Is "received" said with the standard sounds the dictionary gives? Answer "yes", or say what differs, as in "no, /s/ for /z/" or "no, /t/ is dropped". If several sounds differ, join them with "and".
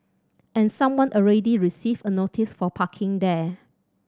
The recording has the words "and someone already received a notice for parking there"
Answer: no, /d/ is dropped